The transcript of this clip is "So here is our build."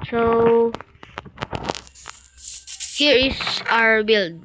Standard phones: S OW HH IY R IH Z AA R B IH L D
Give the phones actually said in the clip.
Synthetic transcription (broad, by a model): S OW HH IY R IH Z AA R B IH L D